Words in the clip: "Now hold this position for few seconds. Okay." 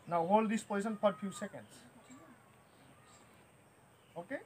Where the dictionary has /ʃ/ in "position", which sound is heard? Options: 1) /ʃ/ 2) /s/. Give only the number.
2